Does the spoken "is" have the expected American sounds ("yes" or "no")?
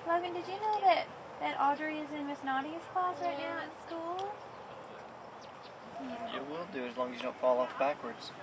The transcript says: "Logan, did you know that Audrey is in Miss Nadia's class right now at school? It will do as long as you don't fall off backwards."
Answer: yes